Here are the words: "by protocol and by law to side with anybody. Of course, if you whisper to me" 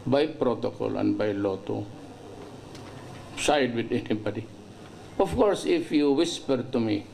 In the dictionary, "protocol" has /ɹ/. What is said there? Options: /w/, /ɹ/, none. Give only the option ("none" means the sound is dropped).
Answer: /ɹ/